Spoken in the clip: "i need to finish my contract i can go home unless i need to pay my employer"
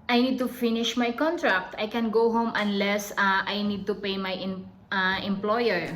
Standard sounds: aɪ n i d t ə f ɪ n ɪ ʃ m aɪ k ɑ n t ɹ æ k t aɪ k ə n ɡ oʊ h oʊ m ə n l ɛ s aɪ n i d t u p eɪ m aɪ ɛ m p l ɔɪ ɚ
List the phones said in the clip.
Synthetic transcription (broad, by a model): aɪ n i d t ə f ɪ n ɪ ʃ m aɪ k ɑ n t ɹ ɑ k t aɪ k ə n ɡ oʊ h oʊ m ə n l ɛ s aɪ n i d t u p eɪ m aɪ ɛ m p l ɔɪ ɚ